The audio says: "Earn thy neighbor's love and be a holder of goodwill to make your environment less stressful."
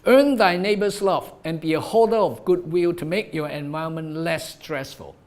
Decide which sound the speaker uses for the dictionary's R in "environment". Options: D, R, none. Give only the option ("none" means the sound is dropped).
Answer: none